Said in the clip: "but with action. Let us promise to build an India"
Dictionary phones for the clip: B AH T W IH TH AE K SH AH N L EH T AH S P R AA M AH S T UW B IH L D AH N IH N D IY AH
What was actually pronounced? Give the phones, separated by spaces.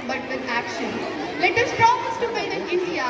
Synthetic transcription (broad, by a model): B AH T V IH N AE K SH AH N L EH T AH S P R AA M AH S T UW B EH D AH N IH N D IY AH